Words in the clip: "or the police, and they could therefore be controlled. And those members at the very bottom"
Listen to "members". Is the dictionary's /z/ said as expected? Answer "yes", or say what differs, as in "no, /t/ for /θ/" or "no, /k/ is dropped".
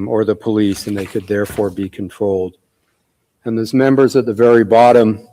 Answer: yes